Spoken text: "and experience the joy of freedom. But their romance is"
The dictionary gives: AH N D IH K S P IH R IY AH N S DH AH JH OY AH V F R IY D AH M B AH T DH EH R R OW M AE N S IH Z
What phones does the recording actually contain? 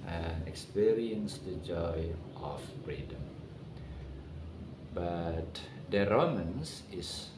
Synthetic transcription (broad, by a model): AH N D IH K S P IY R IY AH N S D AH JH OY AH F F R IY D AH M B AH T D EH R R OW M AE N S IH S